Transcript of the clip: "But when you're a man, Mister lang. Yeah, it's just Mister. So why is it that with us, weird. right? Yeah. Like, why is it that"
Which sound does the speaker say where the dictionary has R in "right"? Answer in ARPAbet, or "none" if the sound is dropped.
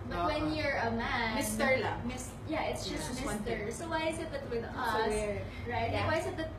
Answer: R